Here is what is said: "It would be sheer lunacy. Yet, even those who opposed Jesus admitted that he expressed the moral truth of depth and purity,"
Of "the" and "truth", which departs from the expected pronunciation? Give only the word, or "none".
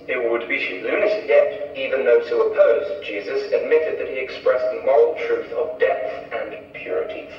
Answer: none